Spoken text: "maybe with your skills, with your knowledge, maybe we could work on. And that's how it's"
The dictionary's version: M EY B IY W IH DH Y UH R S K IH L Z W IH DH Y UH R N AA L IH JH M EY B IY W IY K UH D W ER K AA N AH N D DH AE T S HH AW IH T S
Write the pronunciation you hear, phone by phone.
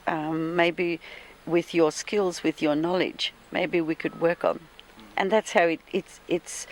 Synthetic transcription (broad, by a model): M EY B IY W IH DH Y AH R S K IH L Z W IH DH Y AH R N AA L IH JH M EY B IY W IY K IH D W ER K N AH N DH AE T S HH AW IH T S